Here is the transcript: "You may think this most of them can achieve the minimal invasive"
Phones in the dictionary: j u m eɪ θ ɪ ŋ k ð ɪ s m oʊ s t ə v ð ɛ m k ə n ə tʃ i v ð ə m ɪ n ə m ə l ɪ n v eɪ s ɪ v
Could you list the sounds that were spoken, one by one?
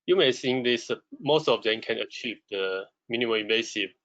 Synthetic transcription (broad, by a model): j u m eɪ s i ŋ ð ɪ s m oʊ s t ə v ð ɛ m k ə n ə tʃ i v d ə m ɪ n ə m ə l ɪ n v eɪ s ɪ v